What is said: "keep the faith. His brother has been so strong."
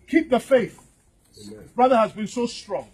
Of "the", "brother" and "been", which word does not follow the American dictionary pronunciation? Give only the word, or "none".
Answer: none